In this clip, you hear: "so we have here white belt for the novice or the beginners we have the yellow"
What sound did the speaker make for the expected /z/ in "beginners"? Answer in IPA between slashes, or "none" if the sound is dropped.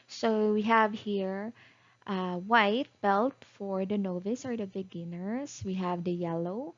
/s/